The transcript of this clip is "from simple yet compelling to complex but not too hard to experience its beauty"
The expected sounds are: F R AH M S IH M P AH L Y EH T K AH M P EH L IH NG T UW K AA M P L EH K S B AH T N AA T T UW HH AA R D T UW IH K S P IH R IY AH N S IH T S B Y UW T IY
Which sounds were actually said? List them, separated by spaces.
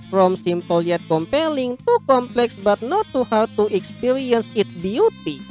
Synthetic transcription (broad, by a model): F R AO M S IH M P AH L Y EH T K AH M P EH L IH NG T UW K AA M P L EH K S B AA T N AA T T UW HH AA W T UW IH K S P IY R IY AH N S IH T S B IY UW T IY